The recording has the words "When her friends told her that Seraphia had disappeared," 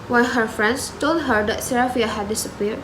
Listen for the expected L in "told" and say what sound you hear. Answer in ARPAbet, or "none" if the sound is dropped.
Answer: L